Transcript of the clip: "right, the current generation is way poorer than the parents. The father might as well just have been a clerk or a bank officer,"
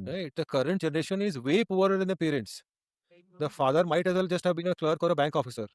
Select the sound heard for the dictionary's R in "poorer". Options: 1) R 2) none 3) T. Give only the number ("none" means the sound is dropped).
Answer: 2